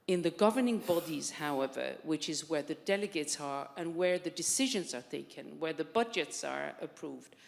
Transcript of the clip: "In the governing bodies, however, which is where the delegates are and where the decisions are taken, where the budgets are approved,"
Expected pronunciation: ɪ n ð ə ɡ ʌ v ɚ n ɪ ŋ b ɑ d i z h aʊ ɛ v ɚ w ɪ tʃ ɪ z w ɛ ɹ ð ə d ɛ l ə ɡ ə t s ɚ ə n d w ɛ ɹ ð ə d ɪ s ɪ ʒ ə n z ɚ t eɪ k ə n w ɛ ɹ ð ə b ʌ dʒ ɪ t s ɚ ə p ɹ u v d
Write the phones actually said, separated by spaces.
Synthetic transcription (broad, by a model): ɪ n ð ə ɡ ʌ v ɚ n ɪ ŋ b ɑ d i z h aʊ ɛ v ɚ w ɪ tʃ ɪ z w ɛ ɹ ð ə d ɛ l ə ɡ ə t s ɚ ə n w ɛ ɹ ð ə d ɪ s ɪ ʒ ə n z ɚ t eɪ k ə n w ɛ ɹ ð ə b ʌ dʒ ɪ t s ɚ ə p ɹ u v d